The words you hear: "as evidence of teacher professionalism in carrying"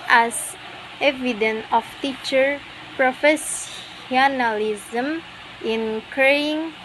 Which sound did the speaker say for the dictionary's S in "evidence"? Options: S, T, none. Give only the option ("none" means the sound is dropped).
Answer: none